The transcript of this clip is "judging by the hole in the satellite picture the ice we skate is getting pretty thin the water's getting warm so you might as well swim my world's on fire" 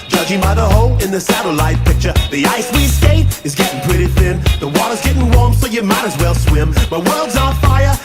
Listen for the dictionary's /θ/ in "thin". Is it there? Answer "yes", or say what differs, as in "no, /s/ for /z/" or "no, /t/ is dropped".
yes